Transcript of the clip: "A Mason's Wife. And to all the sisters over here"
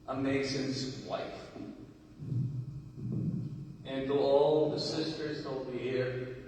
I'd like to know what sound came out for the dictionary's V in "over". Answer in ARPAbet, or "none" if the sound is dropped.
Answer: B